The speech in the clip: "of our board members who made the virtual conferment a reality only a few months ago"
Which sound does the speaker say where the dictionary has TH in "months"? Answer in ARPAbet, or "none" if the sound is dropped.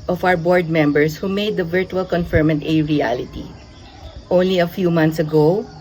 T